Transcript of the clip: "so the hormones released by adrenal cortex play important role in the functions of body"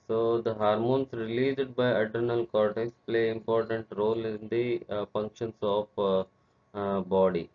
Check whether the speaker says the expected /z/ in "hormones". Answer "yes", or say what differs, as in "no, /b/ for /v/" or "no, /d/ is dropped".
no, /s/ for /z/